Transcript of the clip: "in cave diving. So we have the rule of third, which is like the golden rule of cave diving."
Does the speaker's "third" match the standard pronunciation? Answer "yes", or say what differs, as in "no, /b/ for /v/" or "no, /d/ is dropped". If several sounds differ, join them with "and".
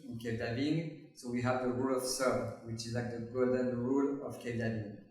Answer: no, /s/ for /θ/